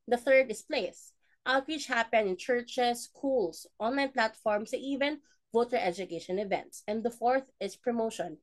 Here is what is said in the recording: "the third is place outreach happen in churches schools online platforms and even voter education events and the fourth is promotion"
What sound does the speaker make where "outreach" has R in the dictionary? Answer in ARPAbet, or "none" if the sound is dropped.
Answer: W